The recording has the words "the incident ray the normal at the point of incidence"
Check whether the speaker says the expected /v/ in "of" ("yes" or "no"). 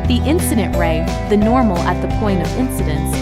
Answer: yes